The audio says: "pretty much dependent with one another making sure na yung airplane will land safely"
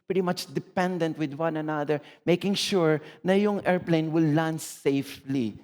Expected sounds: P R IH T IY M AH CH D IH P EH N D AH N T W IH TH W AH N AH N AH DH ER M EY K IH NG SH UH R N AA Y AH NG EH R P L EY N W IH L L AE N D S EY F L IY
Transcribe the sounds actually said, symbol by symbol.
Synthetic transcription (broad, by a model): P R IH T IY M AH CH D IH P EH N D AH N T W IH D W AH N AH N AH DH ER M EY K IH NG SH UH R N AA Y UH NG EH R P L EY N W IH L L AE N S EY F L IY